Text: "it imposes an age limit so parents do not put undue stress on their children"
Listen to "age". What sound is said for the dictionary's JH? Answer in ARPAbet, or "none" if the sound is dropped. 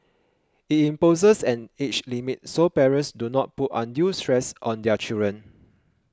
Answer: CH